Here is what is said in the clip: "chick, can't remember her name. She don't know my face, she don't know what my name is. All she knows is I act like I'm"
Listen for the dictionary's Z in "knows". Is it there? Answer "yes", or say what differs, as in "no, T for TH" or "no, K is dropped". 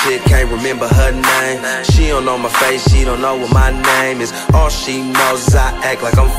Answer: no, Z is dropped